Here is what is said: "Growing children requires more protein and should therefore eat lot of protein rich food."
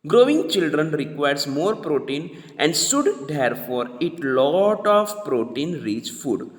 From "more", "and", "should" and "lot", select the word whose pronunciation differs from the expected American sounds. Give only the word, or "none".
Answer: should